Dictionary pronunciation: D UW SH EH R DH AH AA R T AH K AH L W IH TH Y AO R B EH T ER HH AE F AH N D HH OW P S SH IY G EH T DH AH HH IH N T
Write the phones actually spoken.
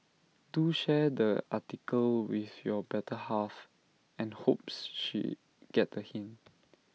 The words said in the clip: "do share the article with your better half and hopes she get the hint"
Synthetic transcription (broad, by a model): D UW SH EH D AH AA T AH K AH L W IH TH Y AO B EH T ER HH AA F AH N HH OW P S SH IY G EH T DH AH HH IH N